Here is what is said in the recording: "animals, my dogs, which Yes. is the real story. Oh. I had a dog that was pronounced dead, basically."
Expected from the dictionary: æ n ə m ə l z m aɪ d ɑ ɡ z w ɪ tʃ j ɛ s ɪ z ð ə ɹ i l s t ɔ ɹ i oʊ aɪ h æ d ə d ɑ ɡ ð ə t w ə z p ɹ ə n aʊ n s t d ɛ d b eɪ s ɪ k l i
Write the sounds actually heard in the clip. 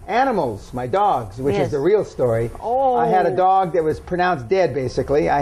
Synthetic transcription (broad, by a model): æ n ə m l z m aɪ d ɑ ɡ z w ɪ tʃ ɪ z ð ə ɹ i l s t ɔ ɹ i oʊ aɪ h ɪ d ə d ɑ ɡ ð ə t w ə z p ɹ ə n aʊ n s d ɛ d b eɪ s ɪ k l i